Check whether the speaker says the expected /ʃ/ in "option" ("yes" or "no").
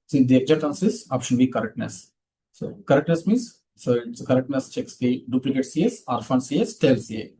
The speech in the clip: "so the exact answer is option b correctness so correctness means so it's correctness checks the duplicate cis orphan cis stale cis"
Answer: yes